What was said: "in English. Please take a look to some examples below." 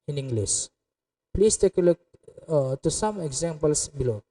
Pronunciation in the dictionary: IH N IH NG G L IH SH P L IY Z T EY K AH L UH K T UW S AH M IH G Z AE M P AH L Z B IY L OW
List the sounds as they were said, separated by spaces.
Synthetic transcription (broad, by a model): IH N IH NG G L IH S P L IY S T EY K AH L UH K T UW S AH M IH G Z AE M P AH L S B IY L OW